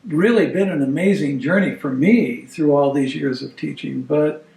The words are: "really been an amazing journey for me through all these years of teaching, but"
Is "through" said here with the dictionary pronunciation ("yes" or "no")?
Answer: yes